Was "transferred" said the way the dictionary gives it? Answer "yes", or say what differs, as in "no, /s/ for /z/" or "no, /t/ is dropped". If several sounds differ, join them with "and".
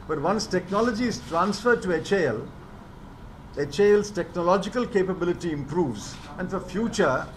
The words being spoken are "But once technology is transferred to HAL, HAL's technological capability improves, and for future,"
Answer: yes